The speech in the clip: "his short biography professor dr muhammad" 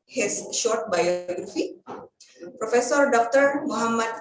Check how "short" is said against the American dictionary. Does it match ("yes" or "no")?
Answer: yes